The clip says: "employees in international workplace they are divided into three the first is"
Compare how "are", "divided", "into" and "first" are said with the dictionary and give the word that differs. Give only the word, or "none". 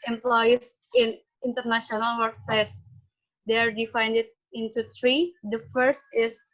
divided